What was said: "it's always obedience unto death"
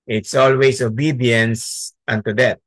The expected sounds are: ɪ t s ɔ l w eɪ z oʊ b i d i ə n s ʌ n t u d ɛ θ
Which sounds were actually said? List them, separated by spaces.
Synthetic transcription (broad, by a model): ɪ t s ɔ l w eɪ s oʊ b i d i ə n s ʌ n t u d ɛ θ